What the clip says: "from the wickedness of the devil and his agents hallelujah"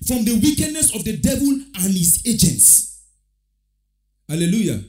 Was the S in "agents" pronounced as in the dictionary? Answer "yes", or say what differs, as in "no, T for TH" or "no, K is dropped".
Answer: yes